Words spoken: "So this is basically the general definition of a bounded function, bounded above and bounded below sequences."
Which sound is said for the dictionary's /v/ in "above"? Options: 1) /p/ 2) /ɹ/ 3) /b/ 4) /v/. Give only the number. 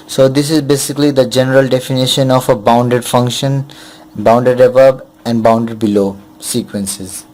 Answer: 3